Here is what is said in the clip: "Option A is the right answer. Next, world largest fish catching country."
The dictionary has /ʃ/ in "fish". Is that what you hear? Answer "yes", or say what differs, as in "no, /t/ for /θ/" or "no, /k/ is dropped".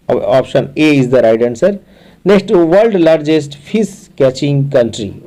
no, /s/ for /ʃ/